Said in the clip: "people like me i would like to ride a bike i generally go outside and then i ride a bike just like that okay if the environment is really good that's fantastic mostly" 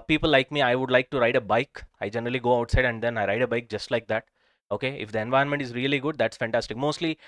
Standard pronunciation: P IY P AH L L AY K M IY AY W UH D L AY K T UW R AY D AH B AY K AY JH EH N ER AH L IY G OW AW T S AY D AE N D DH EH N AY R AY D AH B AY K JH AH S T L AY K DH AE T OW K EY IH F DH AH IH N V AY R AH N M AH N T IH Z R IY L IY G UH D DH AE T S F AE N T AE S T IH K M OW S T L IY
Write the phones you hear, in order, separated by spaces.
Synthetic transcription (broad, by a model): P IY P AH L L AY K M IY AY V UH D L AY K T UW R AY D AH B AY K AY JH EH N ER AH L IY G OW AW T S AY D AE N D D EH N AY R AY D AH B AY K JH AH S T L AY K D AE T OW K EY IH F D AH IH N V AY AH N M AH N T IH Z R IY L IY G UH D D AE T S F AE N T AE S T IH K M OW S T L IY